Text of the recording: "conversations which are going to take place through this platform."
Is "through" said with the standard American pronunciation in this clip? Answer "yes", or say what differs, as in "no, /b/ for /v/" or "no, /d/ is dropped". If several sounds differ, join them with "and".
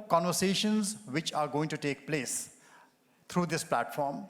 no, /t/ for /θ/